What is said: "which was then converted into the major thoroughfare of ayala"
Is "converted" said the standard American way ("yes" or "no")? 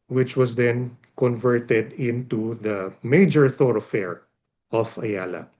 yes